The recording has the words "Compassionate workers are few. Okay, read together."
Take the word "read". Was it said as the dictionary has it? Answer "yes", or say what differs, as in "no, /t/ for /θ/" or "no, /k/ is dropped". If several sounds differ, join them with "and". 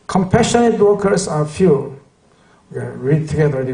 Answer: yes